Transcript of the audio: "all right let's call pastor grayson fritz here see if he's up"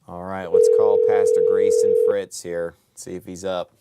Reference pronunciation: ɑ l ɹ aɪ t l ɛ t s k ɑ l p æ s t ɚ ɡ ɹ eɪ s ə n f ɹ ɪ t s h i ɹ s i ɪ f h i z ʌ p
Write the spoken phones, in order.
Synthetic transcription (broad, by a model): ɑ l ɹ aɪ t w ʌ t s k ɑ l p æ s t ɚ ɡ ɹ eɪ s ə n f ɹ ɪ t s h i ɹ s i ɪ f h i z ʌ p